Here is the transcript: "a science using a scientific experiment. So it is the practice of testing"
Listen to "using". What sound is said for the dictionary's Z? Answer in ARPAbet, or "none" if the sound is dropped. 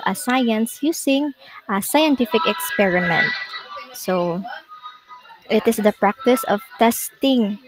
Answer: S